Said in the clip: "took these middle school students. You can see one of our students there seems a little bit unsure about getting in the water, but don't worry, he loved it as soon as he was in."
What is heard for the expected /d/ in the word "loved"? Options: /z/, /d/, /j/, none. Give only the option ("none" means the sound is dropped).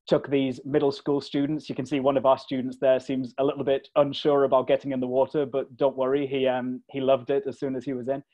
/d/